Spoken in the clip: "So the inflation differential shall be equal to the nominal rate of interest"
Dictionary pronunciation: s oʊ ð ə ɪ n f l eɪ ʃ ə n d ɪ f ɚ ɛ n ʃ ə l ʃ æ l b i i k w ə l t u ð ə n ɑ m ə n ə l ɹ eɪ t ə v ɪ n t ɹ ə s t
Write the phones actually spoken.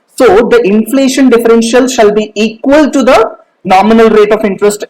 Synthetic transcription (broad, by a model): s oʊ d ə ɪ n f l eɪ ʃ ə n d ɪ f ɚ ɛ n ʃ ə l ʃ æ l b i i k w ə l t u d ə n ɑ m ə n ə l ɹ eɪ t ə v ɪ n t ɹ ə s t